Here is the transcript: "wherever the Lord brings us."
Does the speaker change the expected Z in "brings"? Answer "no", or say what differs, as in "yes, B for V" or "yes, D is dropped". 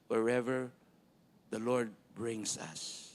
yes, S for Z